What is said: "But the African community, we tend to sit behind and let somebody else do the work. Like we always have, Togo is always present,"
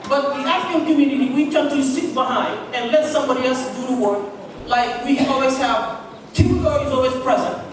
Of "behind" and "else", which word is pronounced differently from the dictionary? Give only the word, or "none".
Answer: none